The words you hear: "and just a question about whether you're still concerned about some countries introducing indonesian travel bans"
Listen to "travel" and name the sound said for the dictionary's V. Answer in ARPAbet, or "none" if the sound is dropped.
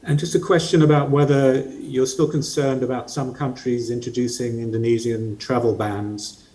V